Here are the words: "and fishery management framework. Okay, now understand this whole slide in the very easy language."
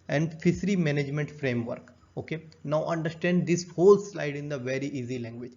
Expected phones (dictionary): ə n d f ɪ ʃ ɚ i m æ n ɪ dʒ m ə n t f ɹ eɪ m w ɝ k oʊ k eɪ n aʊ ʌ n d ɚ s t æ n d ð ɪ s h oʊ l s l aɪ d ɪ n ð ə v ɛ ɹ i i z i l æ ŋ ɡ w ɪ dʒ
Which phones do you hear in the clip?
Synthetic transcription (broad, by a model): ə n d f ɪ s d i m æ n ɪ dʒ m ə n t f ɹ eɪ m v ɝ k oʊ k eɪ n aʊ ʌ n d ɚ s t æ n d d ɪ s h oʊ l s l aɪ d ɪ n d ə v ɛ ɹ i i z i l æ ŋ ɡ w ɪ dʒ